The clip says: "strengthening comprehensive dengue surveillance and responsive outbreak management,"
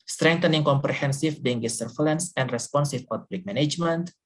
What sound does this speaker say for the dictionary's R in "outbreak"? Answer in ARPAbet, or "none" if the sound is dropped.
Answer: L